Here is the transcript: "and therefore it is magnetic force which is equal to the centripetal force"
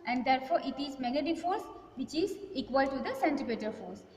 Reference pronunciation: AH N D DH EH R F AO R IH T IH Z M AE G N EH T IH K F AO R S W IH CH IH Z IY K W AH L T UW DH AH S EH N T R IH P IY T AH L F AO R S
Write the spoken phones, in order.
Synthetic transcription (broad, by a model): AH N D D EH R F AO R IH T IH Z M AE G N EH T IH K F AO R S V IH CH IH Z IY K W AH L T UW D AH S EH N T IH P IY T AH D F AO R S